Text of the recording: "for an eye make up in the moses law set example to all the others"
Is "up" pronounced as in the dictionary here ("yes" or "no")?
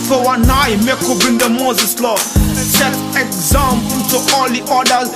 no